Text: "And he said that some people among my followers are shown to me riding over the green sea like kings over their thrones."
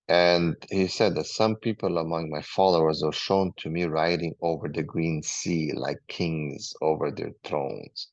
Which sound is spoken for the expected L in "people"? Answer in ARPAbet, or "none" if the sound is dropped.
L